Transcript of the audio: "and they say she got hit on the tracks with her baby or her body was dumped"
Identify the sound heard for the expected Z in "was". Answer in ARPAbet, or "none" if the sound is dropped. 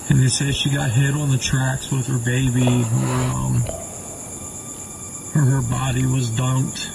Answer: Z